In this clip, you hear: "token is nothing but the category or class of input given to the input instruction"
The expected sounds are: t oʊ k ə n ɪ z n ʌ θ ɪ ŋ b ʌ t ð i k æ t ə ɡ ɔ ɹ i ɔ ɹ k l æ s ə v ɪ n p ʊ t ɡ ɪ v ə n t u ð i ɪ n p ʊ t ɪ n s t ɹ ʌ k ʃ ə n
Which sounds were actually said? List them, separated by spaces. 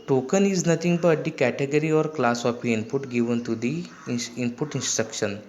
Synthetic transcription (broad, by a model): t oʊ k ə n ɪ z n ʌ t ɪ ŋ b ʌ t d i k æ t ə ɡ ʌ ɹ i ɔ ɹ k l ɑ s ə p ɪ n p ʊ t ɡ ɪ v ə n t u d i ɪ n p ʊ t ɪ n s t ɹ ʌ k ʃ ə n